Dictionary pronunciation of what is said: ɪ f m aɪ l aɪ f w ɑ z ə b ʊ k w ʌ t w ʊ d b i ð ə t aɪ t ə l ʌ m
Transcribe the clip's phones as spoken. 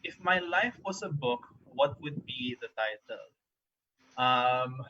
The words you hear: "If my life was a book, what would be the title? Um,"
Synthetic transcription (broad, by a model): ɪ f m aɪ l aɪ f w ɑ s ə b ʊ k w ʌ t w ʊ d b i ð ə t aɪ t ə l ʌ m